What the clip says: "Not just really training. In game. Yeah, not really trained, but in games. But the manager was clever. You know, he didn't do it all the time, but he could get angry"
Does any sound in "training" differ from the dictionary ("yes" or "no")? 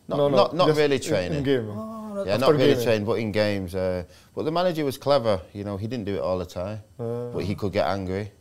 yes